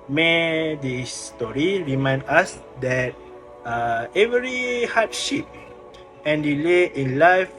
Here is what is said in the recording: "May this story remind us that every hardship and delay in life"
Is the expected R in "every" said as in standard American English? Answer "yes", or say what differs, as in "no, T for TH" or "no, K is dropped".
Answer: yes